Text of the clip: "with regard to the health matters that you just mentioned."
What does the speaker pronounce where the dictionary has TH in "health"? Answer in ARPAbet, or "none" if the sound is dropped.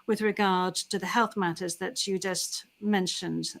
TH